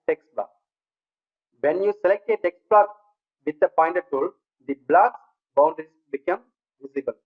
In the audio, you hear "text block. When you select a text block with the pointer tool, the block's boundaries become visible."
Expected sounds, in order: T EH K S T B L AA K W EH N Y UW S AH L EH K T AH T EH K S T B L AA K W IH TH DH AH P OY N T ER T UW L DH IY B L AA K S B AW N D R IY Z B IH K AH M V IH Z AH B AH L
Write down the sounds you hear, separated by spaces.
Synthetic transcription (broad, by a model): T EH K S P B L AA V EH N Y UW S AH L EH K T AH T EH K S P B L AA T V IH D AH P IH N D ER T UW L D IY B L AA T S B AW N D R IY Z B IH K AH M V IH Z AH B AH L